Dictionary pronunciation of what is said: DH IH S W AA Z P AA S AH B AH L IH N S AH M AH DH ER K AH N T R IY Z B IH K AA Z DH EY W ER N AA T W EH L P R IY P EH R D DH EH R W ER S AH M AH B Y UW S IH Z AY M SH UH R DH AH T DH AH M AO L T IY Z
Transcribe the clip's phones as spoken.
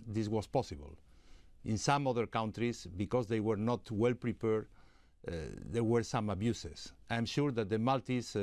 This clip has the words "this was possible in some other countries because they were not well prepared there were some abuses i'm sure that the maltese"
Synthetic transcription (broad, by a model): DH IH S W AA S P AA S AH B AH L IH N S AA M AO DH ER K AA N T R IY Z B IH K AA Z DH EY W ER N AA T W EH L P R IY P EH R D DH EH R W ER S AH M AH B Y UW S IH S AY M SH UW R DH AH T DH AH M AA L T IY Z